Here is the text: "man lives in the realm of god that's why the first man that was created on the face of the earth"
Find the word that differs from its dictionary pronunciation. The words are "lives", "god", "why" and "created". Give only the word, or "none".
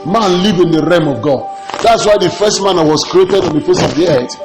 lives